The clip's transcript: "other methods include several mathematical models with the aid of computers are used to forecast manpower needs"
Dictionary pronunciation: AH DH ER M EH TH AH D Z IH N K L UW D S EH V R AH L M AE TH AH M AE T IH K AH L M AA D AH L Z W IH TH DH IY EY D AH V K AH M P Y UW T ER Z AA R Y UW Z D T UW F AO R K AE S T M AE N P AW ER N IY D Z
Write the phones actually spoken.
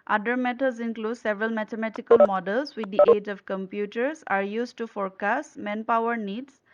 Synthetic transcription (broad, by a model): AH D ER M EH T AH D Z IH N K L UW D S EH V R AH L M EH T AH M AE T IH K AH L M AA D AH L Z W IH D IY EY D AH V K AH M P Y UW T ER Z AA R Y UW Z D T UW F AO R K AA S M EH N P AW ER N IY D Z